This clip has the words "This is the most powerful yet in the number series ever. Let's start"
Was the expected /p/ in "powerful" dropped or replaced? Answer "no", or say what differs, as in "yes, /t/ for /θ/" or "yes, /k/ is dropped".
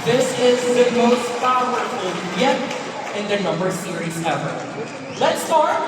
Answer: yes, /f/ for /p/